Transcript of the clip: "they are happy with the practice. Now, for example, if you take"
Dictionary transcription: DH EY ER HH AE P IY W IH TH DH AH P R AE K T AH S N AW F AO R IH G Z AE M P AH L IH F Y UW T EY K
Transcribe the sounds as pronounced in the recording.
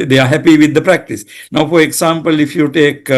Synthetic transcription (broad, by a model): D EY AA HH AE P IY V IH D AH P R AE K T AH S N AW F AO R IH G S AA M P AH L IH F Y UW T EY K